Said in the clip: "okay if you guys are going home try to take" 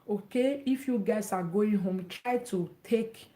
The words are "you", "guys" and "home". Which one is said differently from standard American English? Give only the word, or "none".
guys